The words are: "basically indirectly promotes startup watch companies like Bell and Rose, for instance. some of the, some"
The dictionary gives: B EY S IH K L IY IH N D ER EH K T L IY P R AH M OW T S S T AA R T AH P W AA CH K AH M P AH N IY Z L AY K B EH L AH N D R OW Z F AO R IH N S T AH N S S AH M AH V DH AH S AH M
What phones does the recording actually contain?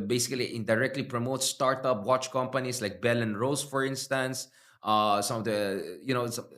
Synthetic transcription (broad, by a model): B EY S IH K L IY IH N D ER EH K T L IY P R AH M OW T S S T AA R T AH P W AA CH K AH M P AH N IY S L AY K B EH L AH N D R OW S F AO R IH N S T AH N S S AH M AH V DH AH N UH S